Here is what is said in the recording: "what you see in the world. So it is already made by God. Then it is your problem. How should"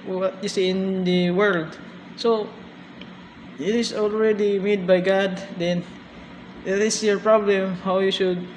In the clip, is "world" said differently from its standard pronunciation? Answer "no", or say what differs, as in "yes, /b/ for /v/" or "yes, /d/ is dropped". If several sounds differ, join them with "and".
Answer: no